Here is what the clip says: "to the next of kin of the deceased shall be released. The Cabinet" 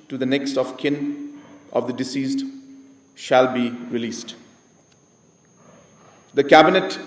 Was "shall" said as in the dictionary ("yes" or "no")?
yes